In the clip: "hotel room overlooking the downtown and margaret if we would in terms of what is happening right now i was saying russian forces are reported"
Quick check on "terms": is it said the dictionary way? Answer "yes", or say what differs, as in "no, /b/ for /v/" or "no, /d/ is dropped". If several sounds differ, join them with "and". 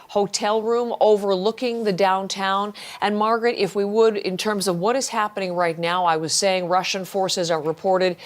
yes